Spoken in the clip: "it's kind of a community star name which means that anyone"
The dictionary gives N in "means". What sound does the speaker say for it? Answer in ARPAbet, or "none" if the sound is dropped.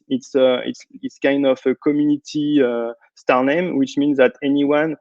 N